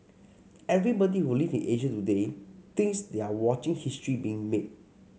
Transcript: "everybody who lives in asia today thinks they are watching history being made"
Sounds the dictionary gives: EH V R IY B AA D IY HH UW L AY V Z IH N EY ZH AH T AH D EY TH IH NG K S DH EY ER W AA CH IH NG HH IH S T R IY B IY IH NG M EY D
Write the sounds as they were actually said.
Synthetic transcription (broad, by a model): EH V R IY B AA D IY HH UW L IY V IH N EY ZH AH T AH D EY T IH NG S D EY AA W AA CH IH NG HH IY S T R IY B IY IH NG M EY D